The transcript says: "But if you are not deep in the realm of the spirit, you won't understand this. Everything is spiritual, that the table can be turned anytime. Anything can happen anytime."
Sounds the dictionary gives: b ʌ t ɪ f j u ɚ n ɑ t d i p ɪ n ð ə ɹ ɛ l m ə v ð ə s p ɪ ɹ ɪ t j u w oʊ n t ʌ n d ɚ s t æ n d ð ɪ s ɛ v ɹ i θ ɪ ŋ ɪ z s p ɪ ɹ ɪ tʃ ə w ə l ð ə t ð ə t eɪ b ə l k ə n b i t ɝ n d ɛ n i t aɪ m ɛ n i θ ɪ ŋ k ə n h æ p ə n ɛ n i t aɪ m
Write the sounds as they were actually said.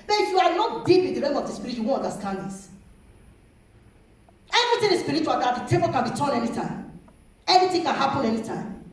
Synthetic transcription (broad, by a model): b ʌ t ɪ f j u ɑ n ɑ t d i p ɪ n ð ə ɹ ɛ m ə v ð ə s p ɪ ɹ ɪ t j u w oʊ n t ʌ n d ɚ s t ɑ n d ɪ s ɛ v ɹ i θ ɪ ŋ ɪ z s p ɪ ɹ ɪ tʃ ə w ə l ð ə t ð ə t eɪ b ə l k ə n b i t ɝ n ɛ n i t aɪ m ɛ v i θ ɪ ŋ k ə n h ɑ p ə n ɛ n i t aɪ m